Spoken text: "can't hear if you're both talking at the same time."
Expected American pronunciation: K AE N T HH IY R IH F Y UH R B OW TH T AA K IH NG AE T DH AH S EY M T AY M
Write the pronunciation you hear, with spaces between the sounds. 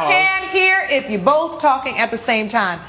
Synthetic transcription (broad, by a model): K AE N HH IY R IH F Y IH B OW TH T AA K IH NG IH T DH AH S EY M T AY M